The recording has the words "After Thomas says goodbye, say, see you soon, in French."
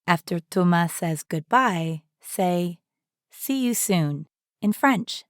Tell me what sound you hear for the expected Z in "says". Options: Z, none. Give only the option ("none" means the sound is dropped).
Z